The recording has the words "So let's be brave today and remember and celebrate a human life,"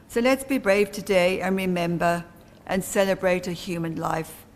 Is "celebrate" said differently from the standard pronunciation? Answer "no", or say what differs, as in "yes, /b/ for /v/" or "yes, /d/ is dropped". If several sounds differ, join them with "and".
no